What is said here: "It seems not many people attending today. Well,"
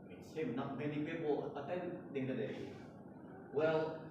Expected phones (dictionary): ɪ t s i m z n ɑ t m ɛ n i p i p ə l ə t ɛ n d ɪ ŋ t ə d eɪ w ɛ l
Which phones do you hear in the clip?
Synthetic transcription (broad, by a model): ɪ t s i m n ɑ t m ɛ n i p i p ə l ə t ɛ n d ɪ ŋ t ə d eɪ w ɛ l